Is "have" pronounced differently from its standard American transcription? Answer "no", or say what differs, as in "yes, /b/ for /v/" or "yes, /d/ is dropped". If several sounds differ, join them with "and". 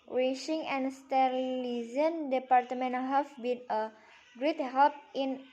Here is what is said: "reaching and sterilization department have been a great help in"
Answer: yes, /f/ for /v/